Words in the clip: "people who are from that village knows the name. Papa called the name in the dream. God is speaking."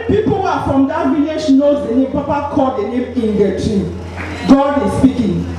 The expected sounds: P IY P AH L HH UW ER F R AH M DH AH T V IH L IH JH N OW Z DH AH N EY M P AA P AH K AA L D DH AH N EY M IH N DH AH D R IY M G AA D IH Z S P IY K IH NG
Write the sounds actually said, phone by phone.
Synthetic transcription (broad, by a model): P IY P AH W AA F R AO M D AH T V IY L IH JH N OW Z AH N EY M P AA P AH K AA D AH N EY M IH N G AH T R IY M G AA D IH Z S P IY K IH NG